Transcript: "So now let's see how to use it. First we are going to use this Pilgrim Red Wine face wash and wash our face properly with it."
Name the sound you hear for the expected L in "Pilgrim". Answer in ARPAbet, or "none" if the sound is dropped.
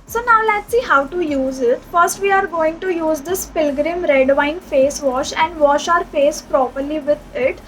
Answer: L